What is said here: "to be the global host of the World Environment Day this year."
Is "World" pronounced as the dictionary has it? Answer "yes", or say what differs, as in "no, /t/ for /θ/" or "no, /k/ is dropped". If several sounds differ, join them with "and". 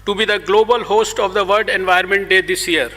no, /l/ is dropped